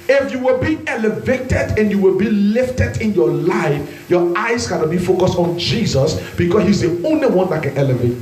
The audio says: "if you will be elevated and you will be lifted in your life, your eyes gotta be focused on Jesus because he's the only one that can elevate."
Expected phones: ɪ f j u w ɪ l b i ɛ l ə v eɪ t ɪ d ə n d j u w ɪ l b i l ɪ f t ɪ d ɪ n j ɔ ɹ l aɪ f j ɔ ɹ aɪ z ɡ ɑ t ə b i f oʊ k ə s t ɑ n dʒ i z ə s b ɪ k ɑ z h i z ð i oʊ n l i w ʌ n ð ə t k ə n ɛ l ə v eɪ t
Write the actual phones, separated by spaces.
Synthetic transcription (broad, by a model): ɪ f j u w ɪ l b i ɛ l ə v eɪ t ɪ d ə n j u w ɪ l b i l ɪ f t ɪ d ɪ n j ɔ l aɪ f j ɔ aɪ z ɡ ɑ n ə b i f oʊ k ə s t ɑ n dʒ i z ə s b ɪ k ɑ s h i z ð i oʊ n l i w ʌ n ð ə t k ə n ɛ l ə v eɪ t